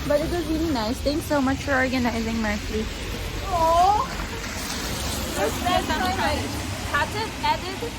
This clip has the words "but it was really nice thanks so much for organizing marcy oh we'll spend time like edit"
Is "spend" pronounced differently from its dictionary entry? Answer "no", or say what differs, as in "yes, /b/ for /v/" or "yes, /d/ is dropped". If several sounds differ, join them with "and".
yes, /p/ is dropped